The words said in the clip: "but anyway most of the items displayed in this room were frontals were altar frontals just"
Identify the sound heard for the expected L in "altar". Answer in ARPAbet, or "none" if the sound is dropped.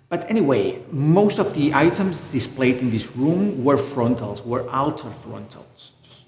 L